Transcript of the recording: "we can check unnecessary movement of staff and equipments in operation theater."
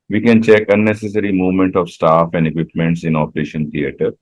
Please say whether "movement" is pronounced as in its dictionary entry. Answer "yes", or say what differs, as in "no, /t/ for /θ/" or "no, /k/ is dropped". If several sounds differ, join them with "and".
yes